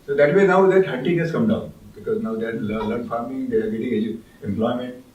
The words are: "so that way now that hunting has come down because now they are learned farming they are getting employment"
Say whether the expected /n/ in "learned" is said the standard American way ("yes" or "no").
no